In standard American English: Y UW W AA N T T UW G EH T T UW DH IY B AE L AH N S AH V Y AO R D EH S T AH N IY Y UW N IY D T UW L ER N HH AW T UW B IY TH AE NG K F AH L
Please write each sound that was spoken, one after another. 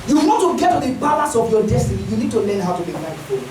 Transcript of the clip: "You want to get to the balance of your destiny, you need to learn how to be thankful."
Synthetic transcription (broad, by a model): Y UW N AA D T T UW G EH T T UW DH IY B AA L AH S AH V Y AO D EH S T AH N IY Y UW N IY D T UW L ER N HH AW T UW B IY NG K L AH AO